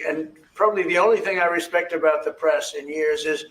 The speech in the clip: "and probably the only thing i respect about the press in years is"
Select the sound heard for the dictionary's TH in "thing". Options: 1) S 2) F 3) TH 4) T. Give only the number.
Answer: 3